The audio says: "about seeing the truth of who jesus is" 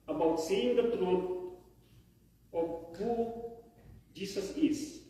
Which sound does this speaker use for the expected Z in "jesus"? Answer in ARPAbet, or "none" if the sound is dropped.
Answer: S